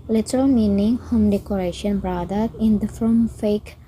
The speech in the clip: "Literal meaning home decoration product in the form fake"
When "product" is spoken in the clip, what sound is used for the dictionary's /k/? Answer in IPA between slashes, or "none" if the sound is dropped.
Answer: none